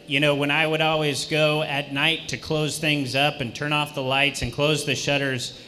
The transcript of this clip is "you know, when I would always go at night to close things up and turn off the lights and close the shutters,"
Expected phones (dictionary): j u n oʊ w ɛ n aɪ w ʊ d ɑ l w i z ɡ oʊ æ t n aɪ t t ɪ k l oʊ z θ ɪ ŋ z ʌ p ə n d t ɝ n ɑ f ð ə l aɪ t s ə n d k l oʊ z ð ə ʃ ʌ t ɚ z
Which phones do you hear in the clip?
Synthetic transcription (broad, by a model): j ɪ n oʊ w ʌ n aɪ w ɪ d ɑ l w i z ɡ oʊ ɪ t n aɪ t t ɪ k l oʊ z θ ɪ ŋ z ʌ p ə n t ɝ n ɑ f ð ə l aɪ t s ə n k l oʊ z ð ə ʃ ʌ t ɚ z